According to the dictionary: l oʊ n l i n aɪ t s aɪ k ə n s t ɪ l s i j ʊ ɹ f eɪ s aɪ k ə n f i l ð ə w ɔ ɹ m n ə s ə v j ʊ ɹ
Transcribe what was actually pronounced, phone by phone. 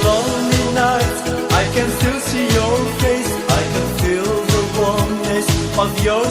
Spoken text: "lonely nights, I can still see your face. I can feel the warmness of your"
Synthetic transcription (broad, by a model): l oʊ n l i n aɪ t aɪ k ə n s t ɪ l s i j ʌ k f eɪ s aɪ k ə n f i l ð ə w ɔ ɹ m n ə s ə v j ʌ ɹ